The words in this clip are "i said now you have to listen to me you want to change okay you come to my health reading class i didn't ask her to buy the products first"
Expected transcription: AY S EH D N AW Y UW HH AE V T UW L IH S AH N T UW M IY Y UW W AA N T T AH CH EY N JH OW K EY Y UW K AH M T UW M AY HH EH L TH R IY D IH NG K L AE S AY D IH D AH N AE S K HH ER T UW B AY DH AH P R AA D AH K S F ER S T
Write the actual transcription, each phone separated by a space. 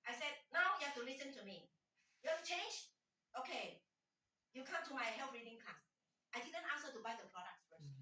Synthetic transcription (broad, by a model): AY S EH D N AW Y UW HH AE F T UW L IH S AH N T UW M IY Y UW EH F CH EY N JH OW K EY Y UW K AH M T UW M AY HH EH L F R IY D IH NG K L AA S AY D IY D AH N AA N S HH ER T UW B AY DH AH P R AA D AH K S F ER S